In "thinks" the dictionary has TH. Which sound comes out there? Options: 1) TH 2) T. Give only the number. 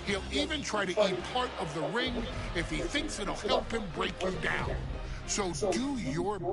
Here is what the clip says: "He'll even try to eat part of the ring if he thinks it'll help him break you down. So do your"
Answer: 1